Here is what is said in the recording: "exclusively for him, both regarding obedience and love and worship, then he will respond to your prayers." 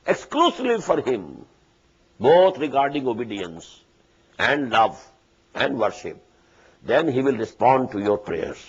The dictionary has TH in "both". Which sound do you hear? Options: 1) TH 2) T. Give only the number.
2